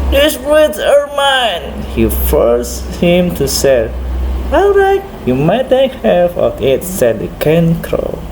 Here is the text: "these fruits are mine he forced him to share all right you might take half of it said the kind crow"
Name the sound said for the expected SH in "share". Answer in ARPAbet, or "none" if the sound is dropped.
S